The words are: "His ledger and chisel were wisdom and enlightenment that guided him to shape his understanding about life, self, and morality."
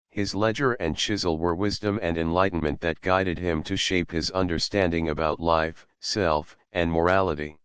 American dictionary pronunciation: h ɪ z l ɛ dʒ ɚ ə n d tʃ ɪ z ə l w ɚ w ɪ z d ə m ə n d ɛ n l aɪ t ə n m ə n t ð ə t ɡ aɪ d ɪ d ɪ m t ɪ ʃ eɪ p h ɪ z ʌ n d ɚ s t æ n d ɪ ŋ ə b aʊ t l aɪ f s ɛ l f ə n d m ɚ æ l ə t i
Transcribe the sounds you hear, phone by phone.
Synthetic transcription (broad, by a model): h ɪ z l ɛ dʒ ɚ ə n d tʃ ɪ z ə l w ɚ w ɪ z d ə m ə n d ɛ n l aɪ t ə n m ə n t ð ə t ɡ aɪ d ɪ d ɪ m t ɪ ʃ eɪ p h ɪ z ʌ n d ɚ s t æ n d ɪ ŋ ə b aʊ t l aɪ f s ɛ l f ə n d m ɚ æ l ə t i